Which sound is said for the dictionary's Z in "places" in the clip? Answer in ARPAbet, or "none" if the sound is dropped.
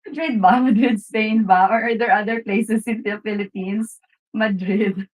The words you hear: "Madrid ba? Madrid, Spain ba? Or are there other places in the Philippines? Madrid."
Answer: S